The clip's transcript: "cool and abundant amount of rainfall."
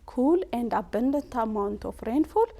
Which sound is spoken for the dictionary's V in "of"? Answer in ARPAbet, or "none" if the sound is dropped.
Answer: F